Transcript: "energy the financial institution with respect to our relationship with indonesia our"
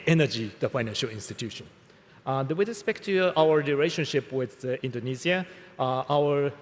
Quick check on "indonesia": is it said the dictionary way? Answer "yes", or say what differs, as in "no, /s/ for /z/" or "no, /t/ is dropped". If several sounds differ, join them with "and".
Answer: no, /z/ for /ʒ/